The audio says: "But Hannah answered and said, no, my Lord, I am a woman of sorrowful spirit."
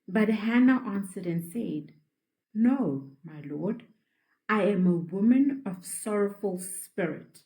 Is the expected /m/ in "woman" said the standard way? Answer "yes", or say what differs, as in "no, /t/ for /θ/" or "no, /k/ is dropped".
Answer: yes